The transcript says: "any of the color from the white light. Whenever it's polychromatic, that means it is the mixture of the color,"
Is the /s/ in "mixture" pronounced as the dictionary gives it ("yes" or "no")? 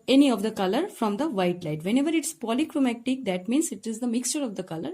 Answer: yes